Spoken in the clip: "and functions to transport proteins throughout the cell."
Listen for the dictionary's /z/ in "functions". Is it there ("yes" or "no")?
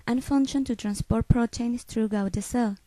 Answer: no